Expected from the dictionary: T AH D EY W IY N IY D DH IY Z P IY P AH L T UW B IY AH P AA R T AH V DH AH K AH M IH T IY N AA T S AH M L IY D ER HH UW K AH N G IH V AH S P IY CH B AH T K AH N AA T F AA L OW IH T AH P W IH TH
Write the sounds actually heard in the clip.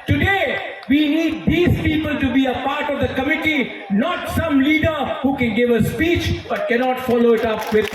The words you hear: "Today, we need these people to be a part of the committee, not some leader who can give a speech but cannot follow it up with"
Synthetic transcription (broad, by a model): T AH D EY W IY N IY D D IY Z P IY P AH L T UW B IY AH P AA R T AH V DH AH K AH M IH T IY N AA T S AH M L IY D ER HH UW K AH N G IH V AH S P IY CH B AH T K AH N AA T F AA L OW IH T AH P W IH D